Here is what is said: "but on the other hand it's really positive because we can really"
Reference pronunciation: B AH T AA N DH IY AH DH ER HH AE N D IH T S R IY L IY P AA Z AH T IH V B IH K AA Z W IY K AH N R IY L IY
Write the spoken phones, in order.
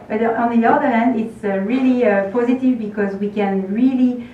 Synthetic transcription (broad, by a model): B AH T AA N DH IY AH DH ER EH N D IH T S R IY L IY P AA Z AH T IH V B IH K AA Z W IY K AH N R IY L IY